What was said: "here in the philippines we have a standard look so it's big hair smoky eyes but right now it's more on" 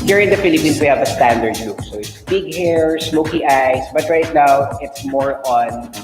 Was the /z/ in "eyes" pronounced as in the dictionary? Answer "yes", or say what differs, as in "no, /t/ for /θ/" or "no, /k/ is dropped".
no, /s/ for /z/